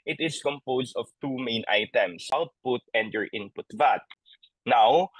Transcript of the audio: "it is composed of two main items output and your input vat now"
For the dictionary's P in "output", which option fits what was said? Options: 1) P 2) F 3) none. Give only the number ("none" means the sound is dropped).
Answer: 1